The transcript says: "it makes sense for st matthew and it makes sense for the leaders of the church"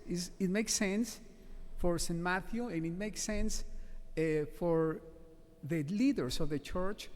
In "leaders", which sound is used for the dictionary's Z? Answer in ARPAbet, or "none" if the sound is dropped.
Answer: S